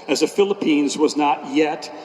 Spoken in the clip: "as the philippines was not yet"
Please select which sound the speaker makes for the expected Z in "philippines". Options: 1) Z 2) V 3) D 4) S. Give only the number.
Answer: 1